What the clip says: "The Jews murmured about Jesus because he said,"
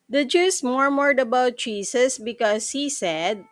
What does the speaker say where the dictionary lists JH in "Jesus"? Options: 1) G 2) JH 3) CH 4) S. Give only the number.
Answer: 3